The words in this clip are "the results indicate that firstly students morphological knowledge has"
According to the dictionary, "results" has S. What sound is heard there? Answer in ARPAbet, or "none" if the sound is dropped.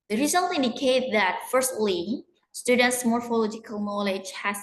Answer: none